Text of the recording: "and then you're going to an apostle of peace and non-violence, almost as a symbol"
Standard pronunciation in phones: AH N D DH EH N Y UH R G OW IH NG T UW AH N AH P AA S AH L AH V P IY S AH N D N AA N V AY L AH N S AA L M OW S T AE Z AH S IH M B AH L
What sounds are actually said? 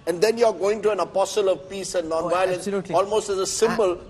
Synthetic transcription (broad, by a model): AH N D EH N Y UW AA G OW IH NG T UW AH N AH P AA S AH L AH V P IY S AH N N AA N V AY L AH N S AA L M OW S T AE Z AH S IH M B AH L